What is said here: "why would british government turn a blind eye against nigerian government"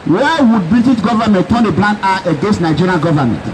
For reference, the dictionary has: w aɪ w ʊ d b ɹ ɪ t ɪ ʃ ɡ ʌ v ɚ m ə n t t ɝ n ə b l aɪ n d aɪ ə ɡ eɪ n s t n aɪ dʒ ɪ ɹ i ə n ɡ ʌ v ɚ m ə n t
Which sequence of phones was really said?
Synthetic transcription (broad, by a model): w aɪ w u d b ɹ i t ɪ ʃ ɡ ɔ v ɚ m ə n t t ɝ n ə b l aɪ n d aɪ ə ɡ eɪ n s t n aɪ dʒ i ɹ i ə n ɡ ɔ v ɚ m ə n t